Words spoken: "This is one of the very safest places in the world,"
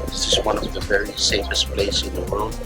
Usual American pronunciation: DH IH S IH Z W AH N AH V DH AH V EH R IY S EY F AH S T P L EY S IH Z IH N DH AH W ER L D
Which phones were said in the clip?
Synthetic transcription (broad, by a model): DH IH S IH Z W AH N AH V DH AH V EH R IY S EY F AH S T P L EY IH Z IH N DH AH W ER L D